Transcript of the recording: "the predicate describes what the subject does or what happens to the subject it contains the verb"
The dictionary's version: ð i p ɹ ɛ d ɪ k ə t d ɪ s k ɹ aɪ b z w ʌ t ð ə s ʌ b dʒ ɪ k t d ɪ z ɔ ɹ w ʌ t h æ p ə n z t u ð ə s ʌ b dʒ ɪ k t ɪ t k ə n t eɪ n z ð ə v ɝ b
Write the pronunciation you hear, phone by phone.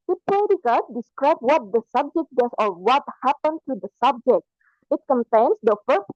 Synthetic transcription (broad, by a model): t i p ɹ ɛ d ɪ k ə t d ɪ s k ɹ aɪ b w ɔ t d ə s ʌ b dʒ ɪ k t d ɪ s ɔ ɹ w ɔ t h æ p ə n t u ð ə s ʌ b dʒ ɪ k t ɪ t k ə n t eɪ n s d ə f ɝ